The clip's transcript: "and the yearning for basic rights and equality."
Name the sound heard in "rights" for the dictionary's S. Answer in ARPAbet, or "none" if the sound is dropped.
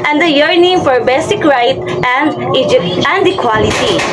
none